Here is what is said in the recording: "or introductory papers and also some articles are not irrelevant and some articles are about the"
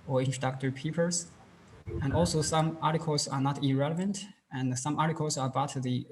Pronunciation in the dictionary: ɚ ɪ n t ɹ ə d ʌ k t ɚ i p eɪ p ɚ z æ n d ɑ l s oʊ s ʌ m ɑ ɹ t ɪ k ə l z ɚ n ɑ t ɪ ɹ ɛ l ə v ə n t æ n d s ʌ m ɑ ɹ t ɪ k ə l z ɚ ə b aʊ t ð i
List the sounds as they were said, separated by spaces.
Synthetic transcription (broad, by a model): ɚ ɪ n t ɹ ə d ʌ k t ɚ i p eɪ p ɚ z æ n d ɑ l s oʊ s ʌ m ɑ ɹ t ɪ k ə l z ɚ n ɑ t ɪ ɹ ɛ l ə v ə n t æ n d s ʌ m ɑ ɹ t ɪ k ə l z ɚ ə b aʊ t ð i